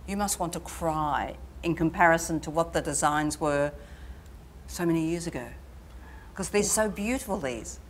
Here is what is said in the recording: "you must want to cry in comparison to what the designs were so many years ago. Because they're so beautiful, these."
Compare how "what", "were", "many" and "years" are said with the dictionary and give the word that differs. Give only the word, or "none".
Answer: none